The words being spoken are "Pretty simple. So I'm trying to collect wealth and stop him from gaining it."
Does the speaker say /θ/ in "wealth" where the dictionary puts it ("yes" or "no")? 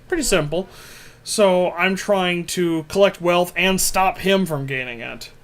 yes